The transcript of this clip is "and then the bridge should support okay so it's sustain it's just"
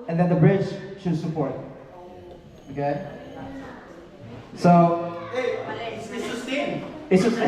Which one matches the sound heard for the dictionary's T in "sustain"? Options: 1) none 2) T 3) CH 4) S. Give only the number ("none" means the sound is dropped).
4